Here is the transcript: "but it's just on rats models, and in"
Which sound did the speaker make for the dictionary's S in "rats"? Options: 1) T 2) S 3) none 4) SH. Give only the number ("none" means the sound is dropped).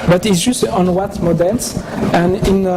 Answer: 3